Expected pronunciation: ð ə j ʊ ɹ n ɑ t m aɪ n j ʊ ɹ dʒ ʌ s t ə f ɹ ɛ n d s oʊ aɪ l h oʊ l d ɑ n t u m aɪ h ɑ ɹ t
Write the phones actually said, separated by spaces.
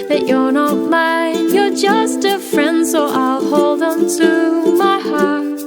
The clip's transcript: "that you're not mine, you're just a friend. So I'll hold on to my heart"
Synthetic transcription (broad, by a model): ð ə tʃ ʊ l n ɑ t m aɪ j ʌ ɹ dʒ ʌ s t ə f ɹ ɛ n d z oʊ aɪ l h oʊ l d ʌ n t u m aɪ h ɑ ɹ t